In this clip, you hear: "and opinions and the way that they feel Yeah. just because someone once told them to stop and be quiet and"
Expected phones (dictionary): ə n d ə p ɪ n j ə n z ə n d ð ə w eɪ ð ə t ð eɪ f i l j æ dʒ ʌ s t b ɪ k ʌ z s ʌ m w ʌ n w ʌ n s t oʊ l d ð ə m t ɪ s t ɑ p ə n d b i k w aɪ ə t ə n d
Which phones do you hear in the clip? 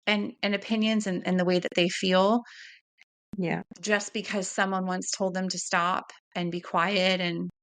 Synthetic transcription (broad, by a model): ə n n ə p ɪ n j ə n z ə n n ð ə w eɪ ð ə t ð eɪ f i l j æ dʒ ʌ s b ɪ k ʌ z s ʌ m w ʌ n w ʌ n s t oʊ l d ð ə m t ɪ s t ɑ p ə n b i k w aɪ ə t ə n